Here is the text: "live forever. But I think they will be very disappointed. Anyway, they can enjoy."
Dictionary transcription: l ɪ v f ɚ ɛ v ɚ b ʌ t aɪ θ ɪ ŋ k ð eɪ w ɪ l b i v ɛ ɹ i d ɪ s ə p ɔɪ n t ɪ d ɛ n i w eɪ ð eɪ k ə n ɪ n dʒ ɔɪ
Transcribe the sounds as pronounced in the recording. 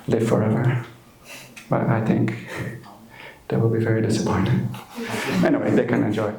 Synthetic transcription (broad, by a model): l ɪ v f ɚ ɛ v ɚ b ʌ t aɪ θ ɪ ŋ k ð eɪ w ɪ l b i v ɛ ɹ i d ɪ s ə p ɔɪ n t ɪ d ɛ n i w eɪ ð eɪ k ə n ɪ n dʒ ɔɪ